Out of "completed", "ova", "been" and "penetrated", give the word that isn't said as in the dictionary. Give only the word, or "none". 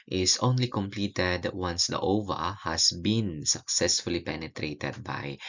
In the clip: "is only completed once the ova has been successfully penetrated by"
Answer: none